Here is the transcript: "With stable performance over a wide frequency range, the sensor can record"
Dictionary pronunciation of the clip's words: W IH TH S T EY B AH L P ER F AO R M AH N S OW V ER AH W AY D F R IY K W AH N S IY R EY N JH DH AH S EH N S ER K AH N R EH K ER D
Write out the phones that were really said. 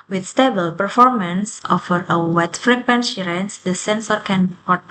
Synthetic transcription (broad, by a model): W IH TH S T EY B AH L P ER F AO R M AH N S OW F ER AH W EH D F R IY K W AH N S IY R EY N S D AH S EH N S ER K AH N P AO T